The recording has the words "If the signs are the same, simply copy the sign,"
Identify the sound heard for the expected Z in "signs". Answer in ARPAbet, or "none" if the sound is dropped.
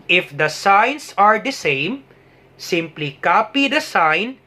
S